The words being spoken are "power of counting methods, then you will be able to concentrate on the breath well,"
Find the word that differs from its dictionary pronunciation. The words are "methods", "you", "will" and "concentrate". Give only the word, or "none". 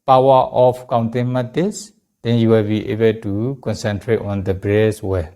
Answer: methods